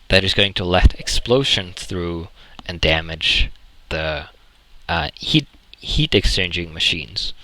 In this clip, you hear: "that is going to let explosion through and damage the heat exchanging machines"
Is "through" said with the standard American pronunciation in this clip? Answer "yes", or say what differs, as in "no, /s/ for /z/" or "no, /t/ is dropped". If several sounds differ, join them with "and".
yes